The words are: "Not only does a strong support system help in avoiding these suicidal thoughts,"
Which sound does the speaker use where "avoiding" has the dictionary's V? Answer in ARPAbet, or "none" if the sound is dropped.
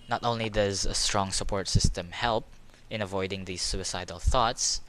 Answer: V